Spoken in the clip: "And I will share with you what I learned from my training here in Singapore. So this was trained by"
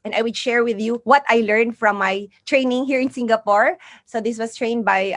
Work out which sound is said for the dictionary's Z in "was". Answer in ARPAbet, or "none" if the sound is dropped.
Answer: S